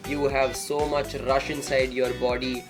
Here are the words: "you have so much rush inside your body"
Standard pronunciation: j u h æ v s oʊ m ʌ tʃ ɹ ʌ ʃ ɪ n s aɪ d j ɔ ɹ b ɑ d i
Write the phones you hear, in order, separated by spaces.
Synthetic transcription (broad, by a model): j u h æ v s oʊ m ʌ tʃ ɹ ʌ ʃ ɪ n s aɪ d j ɔ ɹ b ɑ d i